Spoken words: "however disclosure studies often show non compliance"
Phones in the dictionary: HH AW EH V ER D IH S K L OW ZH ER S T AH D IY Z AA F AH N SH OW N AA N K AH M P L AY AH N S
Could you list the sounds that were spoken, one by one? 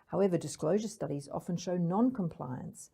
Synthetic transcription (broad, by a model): HH AW EH V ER D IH S K L OW ZH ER S T AH D IY Z AA F AH N SH OW N AA N K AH M P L AY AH N S